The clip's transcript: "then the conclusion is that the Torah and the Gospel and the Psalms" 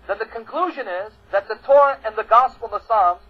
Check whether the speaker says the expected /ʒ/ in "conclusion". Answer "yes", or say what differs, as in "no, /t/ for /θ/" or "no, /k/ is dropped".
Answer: yes